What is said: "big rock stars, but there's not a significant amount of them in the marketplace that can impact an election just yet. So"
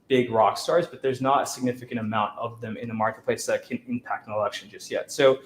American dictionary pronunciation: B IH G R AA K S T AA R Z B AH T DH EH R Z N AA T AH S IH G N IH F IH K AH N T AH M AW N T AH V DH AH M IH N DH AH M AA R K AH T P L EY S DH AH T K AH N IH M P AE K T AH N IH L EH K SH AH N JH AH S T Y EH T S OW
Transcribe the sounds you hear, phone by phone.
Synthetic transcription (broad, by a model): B IH G R AA K S T AA R Z B AH T DH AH R Z N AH T AH S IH G N IH F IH K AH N T AH M AW N T AH V DH AH M IH N DH AH M AA R K AH T P L EY S DH AH T K AH N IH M P AE K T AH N IH L EH K SH AH N JH AH S T Y EH T S OW